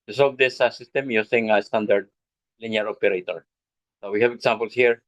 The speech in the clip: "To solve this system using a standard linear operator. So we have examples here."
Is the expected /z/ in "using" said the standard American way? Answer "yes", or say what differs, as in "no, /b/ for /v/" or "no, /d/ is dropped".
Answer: no, /s/ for /z/